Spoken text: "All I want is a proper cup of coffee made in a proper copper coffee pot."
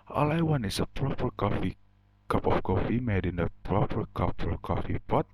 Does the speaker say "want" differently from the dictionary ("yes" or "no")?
yes